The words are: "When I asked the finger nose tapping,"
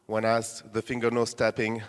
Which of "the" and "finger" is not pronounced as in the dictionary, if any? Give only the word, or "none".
none